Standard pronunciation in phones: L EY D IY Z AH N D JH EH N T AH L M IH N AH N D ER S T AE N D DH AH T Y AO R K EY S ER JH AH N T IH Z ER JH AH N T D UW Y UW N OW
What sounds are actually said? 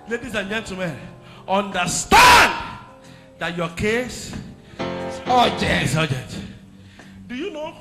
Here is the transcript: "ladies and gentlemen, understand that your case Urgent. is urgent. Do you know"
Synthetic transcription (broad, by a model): L EY D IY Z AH N JH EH N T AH M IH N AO N D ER S T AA N D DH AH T Y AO K EY S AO JH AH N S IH JH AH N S D UW Y UW N OW